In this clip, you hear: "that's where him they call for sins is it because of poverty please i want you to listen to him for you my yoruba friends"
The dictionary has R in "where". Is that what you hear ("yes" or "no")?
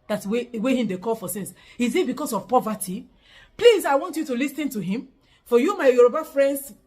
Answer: no